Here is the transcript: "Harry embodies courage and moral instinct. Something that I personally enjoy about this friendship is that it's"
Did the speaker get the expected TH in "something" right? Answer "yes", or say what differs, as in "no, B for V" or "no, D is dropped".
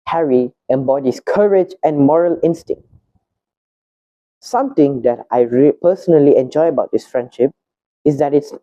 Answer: no, T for TH